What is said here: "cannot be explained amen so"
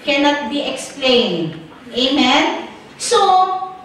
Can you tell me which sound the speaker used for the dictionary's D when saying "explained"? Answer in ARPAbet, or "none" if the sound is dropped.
none